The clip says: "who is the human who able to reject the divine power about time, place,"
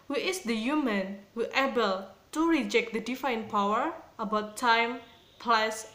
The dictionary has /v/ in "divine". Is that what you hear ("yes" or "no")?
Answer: no